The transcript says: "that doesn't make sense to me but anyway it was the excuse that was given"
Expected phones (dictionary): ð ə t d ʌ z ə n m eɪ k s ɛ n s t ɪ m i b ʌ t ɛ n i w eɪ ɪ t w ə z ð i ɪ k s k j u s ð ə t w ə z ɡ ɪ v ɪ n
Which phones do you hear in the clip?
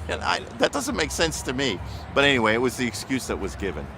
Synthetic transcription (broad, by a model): ð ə t d ʌ z ə n m eɪ k s ɛ n s t ɪ m i b ʌ t ɛ n i w eɪ ɪ t w ə z ð i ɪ k s k j u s ð ə t w ə z ɡ ɪ v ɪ n